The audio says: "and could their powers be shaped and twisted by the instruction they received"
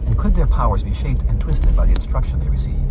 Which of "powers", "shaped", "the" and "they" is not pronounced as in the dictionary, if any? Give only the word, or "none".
none